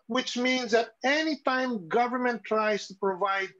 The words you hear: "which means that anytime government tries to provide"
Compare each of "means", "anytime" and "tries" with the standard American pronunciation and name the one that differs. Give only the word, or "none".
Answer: none